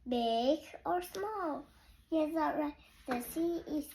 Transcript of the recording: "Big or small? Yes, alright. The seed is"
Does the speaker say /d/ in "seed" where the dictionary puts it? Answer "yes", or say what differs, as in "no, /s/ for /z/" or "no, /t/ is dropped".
no, /d/ is dropped